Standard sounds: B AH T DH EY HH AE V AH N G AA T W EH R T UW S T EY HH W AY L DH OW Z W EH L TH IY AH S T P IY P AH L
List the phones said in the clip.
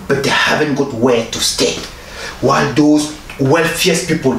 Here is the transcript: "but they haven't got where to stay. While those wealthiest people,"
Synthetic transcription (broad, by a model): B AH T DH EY HH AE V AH N G AA T W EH T UW S T EY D W AY L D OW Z W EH L F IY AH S P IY P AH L